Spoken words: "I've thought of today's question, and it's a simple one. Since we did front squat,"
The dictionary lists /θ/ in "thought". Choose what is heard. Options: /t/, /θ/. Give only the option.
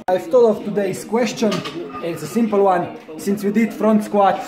/t/